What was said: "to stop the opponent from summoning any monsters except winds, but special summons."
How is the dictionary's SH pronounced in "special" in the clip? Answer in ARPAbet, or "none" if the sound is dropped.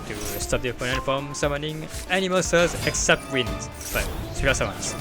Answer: none